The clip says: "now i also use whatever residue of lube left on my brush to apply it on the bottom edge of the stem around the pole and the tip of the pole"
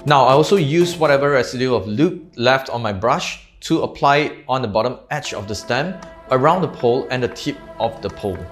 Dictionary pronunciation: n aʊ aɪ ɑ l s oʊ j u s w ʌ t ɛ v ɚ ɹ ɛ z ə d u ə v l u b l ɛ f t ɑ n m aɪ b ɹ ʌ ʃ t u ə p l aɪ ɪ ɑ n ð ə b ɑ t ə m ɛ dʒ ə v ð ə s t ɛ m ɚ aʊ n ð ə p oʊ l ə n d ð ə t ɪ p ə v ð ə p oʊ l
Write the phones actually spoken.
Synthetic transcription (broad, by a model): n aʊ aɪ ɑ l s oʊ j u s w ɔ t ɛ v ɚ ɹ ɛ s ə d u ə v l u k l ɛ f t ɑ n m aɪ b ɹ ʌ ʃ t u ə p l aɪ ɪ ɑ n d ə b ɑ t ə m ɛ tʃ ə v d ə s t ɛ m ɚ aʊ n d ə p oʊ l ə n d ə t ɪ p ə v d ə p oʊ l